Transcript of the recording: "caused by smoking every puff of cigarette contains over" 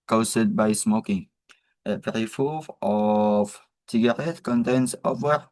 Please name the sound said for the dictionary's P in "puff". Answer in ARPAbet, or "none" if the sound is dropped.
F